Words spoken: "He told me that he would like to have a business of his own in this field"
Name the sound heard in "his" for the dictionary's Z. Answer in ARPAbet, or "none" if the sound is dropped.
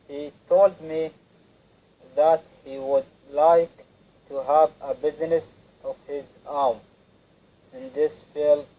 Z